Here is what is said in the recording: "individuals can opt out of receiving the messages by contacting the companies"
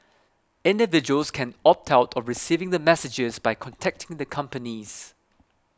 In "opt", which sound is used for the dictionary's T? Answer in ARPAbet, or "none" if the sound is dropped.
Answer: T